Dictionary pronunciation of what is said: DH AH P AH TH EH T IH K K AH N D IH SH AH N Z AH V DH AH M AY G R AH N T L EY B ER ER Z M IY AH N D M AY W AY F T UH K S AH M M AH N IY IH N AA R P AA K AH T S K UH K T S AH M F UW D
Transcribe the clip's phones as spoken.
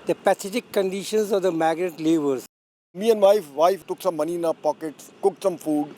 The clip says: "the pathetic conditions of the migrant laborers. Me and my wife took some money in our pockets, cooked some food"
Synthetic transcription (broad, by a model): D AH P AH S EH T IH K K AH N D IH SH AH N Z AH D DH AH M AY G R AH T L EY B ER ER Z M IY AH N D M AY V AY F T UH K S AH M M AH N IY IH N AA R P AA K AH T S K UH K T S AH M F UW D